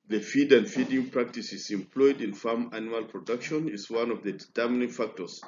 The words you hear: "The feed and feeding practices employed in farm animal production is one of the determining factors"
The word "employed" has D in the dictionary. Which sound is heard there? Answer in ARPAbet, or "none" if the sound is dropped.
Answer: D